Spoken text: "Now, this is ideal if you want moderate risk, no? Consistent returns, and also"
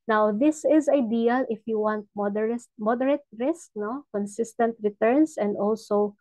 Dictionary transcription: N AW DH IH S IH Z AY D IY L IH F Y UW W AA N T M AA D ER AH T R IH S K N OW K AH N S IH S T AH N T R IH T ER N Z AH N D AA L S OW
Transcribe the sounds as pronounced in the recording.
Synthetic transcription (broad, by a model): N AW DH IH S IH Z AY D IY L IH F Y UW W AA N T M AA D ER AH T R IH S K N OW K AH N S IH S T AH N T R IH T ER N S AH N D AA L S OW